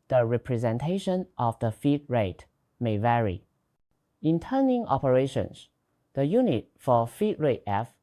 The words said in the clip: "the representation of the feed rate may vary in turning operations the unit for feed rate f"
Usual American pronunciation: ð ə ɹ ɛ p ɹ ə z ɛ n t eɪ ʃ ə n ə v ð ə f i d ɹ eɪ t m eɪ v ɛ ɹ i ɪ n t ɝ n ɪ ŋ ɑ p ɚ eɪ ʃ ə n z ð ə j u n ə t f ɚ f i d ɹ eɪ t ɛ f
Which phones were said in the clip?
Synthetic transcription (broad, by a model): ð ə ɹ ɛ p ɹ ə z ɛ n t eɪ ʃ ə n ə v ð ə f i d ɹ eɪ t m eɪ v ɛ ɹ i ɪ n t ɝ n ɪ ŋ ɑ p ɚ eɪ ʃ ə n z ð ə j u n ə t f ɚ f i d ɹ eɪ t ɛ f